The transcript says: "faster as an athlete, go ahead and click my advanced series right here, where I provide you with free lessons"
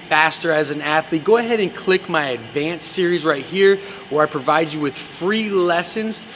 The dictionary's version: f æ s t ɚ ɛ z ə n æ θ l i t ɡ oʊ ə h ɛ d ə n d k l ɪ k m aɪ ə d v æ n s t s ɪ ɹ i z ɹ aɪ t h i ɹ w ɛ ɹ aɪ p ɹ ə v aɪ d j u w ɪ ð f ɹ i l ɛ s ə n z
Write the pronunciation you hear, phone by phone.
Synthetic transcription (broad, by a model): f æ s t ɚ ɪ z ə n æ θ l i t ɡ oʊ ə h ɛ d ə n k l ɪ k m aɪ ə d v æ n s s ɪ ɹ i z ɹ aɪ t h i ɹ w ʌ ɹ aɪ p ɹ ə v aɪ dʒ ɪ w ɪ ð f ɹ i l ɛ s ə n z